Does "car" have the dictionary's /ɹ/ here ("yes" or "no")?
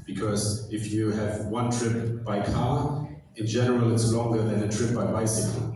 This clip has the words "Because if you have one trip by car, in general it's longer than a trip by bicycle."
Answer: no